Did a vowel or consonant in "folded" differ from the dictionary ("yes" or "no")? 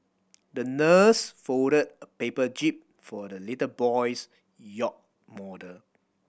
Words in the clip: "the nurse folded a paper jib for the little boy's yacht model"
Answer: yes